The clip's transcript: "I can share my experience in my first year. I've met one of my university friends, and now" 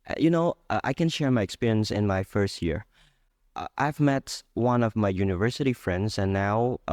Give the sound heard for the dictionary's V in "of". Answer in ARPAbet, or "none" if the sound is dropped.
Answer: V